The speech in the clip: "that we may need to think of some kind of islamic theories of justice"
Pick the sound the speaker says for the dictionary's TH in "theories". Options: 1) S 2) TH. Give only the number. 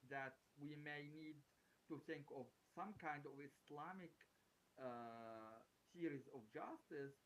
1